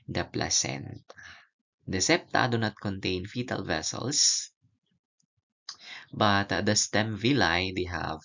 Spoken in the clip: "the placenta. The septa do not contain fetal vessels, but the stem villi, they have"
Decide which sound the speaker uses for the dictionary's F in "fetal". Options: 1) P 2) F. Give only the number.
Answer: 2